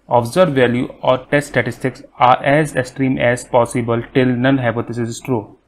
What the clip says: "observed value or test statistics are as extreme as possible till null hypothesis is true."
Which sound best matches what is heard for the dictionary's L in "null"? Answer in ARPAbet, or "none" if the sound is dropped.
N